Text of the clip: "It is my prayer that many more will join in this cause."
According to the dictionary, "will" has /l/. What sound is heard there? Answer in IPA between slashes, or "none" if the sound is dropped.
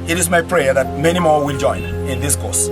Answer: /l/